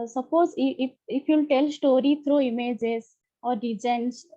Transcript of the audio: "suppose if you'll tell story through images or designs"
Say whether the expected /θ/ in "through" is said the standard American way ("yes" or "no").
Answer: no